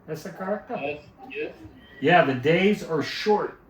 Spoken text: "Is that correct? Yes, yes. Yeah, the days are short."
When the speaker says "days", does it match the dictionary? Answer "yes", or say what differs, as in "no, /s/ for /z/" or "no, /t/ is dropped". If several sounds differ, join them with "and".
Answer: yes